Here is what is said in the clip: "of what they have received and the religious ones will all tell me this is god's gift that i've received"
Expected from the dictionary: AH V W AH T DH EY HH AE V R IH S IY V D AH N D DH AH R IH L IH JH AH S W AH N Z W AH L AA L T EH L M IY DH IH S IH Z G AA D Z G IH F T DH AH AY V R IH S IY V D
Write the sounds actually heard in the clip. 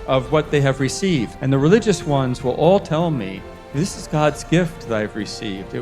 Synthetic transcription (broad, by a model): AH V W AH T DH EY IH V R IH S IY V D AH N DH AH R IH L IH JH AH S W AH N Z W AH L AA L T EH L M IY DH IH S IH Z G AA D Z G IH F T DH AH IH V R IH S IY V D